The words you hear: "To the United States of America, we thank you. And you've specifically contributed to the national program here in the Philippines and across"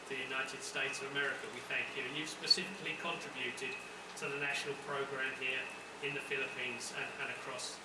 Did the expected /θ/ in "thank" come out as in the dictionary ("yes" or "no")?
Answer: yes